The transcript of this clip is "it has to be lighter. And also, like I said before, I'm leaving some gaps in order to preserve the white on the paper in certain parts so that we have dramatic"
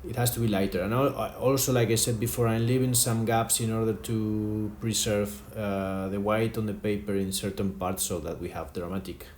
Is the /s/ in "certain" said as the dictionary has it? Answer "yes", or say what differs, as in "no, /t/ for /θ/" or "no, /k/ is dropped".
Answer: yes